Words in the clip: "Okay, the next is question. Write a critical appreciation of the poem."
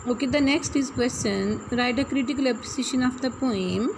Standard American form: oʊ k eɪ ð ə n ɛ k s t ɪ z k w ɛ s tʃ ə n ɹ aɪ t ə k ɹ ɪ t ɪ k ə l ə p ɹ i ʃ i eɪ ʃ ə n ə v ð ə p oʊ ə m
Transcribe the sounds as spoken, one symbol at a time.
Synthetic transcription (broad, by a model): oʊ k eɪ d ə n ɛ k s t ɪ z k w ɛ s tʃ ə n ɹ aɪ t ə k ɹ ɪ t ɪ k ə l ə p i s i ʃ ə n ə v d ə p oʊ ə m